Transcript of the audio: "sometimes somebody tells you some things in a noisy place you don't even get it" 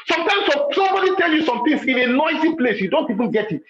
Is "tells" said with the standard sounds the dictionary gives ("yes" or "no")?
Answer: no